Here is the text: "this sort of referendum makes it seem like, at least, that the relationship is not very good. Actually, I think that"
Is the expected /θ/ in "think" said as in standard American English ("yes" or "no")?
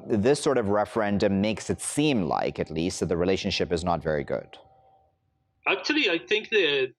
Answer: yes